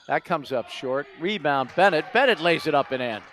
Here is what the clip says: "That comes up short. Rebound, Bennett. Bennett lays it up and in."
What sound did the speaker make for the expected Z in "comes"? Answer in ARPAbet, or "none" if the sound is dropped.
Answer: Z